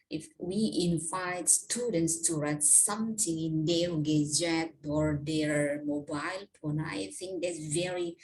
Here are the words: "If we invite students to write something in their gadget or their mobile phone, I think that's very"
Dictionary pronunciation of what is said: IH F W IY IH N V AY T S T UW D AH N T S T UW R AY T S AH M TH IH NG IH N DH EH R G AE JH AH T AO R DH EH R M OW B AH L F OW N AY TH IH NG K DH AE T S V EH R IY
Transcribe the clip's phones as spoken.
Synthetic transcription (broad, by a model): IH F W IY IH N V AY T S T UW D AH N T S T UW R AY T S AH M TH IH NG IH N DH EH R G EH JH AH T AO R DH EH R M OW B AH L P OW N AY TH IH NG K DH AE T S V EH R IY